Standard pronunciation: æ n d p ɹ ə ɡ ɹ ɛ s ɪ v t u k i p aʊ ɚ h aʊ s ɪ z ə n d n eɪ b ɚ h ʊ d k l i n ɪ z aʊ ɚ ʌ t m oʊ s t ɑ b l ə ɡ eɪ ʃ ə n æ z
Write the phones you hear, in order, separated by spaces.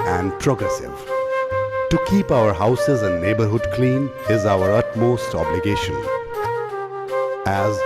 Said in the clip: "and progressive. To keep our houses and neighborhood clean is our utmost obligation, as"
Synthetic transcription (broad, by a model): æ n d p ɹ ə ɡ ɹ ɛ s ɪ v t u k i p aʊ ɚ h aʊ s ɪ z ə n d n eɪ b ɚ h ʊ d k l i n ɪ z aʊ ɚ ʌ t m oʊ s t ɑ b l ə ɡ eɪ ʃ ə n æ z